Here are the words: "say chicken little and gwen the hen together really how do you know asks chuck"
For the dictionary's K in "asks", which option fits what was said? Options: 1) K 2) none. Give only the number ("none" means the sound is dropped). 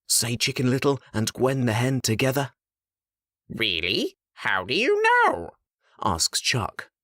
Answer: 1